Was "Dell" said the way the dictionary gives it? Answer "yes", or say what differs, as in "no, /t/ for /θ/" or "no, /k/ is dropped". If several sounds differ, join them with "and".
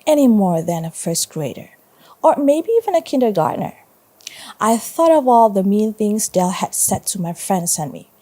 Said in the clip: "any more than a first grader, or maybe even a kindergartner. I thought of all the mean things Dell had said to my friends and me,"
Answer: yes